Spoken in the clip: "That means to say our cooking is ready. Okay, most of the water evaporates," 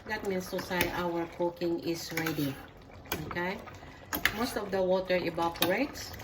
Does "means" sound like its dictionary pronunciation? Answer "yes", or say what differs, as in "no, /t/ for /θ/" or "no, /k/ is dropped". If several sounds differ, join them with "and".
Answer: no, /s/ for /z/